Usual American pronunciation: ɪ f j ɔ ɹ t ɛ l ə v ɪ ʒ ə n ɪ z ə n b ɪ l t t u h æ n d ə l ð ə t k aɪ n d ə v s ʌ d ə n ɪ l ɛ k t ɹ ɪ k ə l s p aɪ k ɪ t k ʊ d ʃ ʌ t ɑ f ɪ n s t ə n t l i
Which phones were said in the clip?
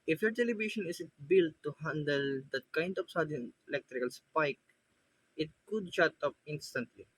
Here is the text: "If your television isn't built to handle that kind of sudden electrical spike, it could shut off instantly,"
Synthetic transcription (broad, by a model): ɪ f j ɔ ɹ t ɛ l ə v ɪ ʃ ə n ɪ s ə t b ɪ l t t u h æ n d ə l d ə t k aɪ n d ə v s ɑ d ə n ɪ l ɛ k t ɹ ɪ k ə l s p aɪ k ɪ t k ʊ d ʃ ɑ t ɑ p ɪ n s t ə n t l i